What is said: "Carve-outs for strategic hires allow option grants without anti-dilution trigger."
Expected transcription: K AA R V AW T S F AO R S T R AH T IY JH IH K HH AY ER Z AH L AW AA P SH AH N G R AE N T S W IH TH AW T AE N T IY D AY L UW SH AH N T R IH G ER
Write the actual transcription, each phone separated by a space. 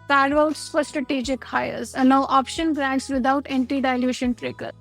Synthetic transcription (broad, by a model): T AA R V AW T S F AO R S T R AH T IY JH IH K HH AY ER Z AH N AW AA P SH AH N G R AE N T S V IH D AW T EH N T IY D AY L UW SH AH N T R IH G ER